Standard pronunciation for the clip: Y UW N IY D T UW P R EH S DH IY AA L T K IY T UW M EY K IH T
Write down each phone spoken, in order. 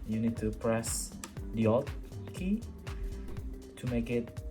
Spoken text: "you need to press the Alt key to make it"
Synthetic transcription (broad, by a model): Y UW N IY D T UW P R EH S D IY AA T K IY T UW M EY K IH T